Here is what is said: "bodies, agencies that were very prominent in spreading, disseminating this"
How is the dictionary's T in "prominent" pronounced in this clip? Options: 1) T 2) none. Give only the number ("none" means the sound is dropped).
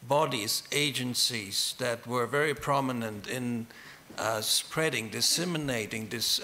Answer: 1